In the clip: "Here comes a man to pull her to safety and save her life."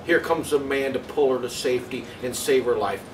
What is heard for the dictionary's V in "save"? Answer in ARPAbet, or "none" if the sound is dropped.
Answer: V